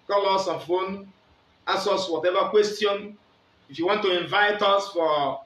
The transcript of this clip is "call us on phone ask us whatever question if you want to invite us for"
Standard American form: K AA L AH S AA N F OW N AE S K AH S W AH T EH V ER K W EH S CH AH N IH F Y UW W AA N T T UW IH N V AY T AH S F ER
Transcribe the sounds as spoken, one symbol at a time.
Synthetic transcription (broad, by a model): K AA L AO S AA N F OW N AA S AH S W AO T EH V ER K W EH S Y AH N IH F Y UW W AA N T T UW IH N V AY T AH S F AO